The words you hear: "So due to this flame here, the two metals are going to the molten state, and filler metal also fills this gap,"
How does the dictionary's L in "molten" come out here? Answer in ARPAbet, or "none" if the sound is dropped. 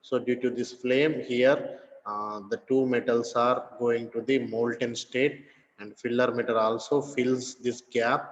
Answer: L